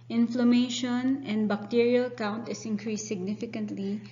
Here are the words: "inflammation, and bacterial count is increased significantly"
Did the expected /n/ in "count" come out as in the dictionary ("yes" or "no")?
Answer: yes